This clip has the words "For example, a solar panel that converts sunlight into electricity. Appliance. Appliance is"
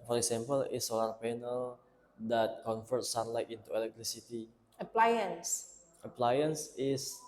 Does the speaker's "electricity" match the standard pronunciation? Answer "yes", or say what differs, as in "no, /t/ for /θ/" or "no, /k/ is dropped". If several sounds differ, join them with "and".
no, /l/ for /ɹ/